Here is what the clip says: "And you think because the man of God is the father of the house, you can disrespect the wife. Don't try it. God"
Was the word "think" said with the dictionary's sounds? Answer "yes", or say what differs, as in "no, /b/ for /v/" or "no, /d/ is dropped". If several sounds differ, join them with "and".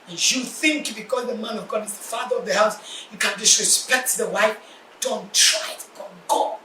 yes